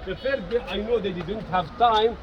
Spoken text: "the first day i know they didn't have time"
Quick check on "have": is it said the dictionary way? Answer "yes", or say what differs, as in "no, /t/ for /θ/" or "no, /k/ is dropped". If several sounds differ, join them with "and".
yes